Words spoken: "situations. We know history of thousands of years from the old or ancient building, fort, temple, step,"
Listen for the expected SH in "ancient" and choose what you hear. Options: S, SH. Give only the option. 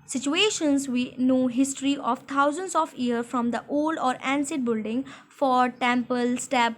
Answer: S